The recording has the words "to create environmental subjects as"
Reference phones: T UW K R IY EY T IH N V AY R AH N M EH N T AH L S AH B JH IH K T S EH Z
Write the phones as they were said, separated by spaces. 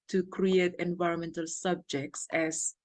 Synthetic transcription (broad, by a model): T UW K R IY EY T IH N V AY R AH N M EH N T AH L S AH B JH IH K T S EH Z